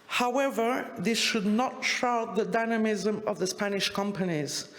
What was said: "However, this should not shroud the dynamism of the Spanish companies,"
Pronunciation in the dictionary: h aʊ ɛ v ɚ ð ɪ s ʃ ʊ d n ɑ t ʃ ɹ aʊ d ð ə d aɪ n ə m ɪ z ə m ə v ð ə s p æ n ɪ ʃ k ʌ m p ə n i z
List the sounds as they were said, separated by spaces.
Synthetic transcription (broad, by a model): h aʊ ɛ v ɚ ð ɪ s ʃ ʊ d n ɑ t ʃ aʊ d ð ə d aɪ n ə m ɪ z ə m ə v ð ə s p æ n ɪ ʃ k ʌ m p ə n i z